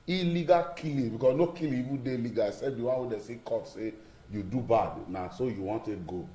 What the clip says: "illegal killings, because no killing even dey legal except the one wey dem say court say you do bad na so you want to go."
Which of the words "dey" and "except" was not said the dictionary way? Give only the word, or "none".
except